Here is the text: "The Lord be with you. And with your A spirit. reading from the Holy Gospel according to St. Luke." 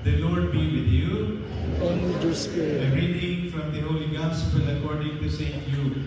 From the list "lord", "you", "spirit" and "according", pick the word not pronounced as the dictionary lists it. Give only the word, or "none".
spirit